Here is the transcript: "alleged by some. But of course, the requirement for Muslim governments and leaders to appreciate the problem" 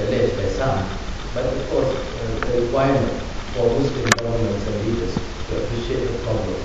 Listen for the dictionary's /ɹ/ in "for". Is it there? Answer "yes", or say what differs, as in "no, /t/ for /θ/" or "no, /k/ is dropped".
no, /l/ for /ɹ/